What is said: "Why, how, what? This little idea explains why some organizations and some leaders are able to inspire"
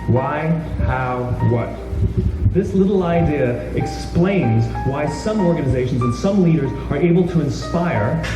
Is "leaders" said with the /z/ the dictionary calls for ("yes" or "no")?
yes